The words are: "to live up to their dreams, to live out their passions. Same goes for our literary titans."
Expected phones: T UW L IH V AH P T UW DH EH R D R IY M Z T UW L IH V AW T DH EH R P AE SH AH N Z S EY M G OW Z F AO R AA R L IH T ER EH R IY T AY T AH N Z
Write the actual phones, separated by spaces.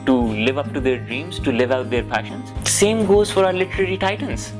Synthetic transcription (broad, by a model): T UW L IH V AH P T UW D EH R D R IY M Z T UW L IH V AW T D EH R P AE SH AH N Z S EY M G OW Z F AO R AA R L IH T ER EH R IY T AY T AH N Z